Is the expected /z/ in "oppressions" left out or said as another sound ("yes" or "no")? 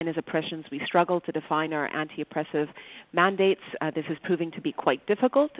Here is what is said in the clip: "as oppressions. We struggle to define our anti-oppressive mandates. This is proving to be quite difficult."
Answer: no